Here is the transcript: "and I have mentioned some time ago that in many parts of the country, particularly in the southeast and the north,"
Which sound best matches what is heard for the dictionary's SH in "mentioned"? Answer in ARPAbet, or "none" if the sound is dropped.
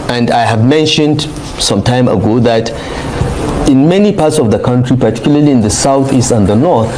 SH